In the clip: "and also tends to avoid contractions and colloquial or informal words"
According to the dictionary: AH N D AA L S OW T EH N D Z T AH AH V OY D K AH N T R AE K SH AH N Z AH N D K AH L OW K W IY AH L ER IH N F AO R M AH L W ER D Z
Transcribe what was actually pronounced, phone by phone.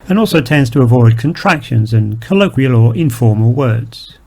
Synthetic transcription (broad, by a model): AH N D AA L S OW T EH N D Z T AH AH V OY D K AH N T R AE K SH AH N Z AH N K AH L OW K W IY AH L ER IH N F AO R M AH L W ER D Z